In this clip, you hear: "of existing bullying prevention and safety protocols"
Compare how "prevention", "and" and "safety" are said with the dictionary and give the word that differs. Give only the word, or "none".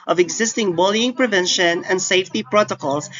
none